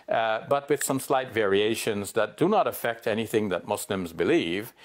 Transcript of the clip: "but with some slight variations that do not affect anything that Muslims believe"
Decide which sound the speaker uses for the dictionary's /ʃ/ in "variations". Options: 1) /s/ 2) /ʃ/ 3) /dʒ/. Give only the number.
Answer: 2